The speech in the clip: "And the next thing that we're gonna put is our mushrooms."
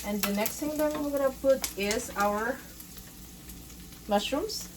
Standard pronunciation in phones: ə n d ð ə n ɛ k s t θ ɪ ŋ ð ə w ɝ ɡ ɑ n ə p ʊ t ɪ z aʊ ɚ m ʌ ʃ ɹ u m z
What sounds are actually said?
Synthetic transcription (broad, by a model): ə n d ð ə n ɛ k s t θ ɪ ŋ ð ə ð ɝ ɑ ə p ʊ t ɪ z aʊ ɚ m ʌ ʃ ɹ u m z